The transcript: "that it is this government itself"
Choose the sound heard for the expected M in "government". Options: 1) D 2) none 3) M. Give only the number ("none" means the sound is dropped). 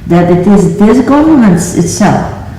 2